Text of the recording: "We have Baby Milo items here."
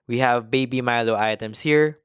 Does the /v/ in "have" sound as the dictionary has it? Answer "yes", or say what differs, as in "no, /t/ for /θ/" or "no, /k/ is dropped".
yes